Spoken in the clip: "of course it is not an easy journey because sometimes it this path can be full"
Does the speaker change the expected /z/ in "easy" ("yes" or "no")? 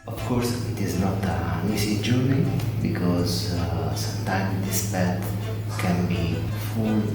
yes